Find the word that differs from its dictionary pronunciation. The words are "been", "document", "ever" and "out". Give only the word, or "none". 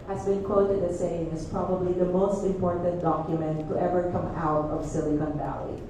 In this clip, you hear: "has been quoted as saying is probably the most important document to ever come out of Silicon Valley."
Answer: none